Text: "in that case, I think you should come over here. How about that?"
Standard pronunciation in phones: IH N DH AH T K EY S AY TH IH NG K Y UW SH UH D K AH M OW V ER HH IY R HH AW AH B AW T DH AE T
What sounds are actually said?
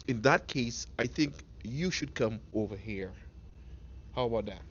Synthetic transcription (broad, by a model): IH N DH AH T K EY S AY TH IH NG K Y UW SH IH D K AH M OW V ER HH IY R HH AW AH B AW T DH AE T